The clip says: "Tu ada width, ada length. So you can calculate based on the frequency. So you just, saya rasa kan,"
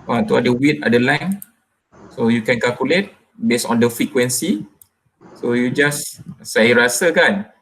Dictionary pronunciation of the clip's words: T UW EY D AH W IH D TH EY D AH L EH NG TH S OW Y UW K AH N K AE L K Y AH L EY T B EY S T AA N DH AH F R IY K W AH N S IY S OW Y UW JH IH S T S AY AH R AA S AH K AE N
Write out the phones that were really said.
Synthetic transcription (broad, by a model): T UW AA D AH W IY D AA D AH L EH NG S OW Y UW K AH N K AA L K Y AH L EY T B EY S AA N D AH F R IY K W AH N S IY S OW Y UW JH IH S S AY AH R AA S AH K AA N